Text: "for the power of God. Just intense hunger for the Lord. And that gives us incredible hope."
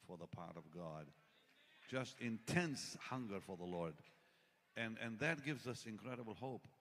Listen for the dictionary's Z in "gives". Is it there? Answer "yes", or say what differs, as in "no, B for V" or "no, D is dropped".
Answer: yes